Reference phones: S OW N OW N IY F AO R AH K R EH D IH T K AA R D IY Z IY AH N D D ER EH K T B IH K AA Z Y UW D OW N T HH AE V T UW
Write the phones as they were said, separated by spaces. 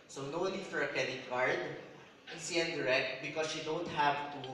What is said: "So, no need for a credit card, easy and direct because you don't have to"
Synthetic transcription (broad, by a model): S OW N OW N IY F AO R AH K EH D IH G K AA R D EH S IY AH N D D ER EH K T B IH K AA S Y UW D OW N T HH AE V T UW